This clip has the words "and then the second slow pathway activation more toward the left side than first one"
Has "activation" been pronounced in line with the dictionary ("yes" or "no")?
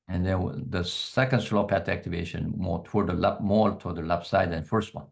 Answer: yes